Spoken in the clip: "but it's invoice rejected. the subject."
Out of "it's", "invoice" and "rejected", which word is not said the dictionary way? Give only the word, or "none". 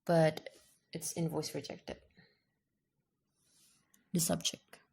none